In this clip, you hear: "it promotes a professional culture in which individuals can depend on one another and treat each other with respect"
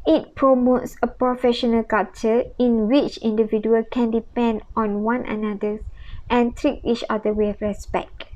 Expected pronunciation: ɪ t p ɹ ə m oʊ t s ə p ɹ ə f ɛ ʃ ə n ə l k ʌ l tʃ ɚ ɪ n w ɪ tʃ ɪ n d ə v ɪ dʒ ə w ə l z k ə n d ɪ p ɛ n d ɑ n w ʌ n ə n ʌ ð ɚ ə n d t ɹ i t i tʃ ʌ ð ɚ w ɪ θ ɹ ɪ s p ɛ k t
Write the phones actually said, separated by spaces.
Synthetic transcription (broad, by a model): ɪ t p ɹ ə m oʊ t s ə p ɹ ə f ɛ ʃ ə n ə l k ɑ tʃ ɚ ɪ n w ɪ tʃ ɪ n d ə v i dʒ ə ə l k ə n d ɪ p ɛ n d ɑ n w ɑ n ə n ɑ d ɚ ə n t ɹ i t i tʃ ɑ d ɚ w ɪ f ɹ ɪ s p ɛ k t